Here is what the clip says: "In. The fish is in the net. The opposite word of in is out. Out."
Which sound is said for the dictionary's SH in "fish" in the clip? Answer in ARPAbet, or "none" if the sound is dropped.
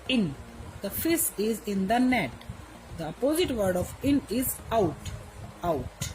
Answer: S